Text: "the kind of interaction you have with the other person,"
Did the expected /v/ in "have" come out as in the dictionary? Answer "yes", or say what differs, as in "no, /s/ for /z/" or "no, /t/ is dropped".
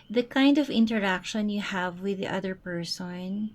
yes